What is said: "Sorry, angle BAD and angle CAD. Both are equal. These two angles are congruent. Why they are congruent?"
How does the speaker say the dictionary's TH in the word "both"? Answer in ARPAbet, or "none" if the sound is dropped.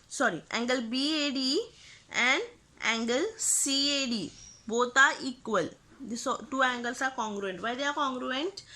T